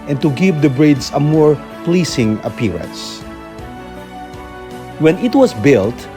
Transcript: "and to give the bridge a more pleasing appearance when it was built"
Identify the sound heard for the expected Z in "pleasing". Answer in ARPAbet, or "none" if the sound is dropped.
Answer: S